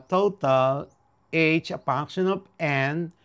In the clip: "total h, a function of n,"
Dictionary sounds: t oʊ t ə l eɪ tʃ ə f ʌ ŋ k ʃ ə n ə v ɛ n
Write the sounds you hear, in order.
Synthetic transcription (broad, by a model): t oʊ t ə l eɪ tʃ ə p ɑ k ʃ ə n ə p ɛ n